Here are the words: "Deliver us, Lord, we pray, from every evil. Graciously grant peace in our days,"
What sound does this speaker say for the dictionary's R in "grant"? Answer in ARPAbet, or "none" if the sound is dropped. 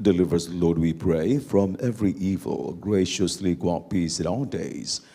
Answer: none